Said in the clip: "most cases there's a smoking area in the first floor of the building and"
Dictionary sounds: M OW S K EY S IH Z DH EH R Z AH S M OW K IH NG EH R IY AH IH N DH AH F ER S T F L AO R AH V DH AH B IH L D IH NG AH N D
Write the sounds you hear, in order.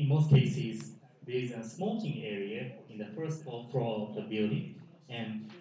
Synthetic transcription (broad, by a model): M OW S K EY S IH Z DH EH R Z AH S M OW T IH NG EH R IY AH IH N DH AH F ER S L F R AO L AH V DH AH B IH L D IH NG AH N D